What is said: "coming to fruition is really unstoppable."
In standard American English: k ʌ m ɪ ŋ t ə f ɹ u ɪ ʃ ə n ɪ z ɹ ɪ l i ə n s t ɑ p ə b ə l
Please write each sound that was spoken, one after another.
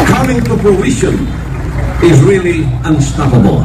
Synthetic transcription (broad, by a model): k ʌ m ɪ ŋ t ə p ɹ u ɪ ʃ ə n ɪ z ɹ ɪ l i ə n s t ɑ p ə b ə l